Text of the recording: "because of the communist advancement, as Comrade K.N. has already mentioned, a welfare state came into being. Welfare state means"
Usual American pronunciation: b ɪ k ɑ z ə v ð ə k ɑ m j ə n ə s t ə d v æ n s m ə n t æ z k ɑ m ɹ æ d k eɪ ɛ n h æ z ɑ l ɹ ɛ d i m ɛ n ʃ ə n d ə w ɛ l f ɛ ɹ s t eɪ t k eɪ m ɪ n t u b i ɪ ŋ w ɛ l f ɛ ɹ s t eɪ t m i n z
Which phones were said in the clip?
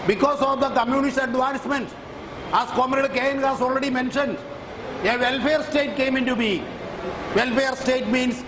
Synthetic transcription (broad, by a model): b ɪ k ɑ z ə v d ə k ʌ m j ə n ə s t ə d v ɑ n s m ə n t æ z k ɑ m ɹ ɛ d k eɪ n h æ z ɑ l ɹ ɛ d i m ɛ n ʃ ə n d ə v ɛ l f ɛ ɹ s t eɪ t k eɪ m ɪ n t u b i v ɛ l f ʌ ɹ s t eɪ t m i n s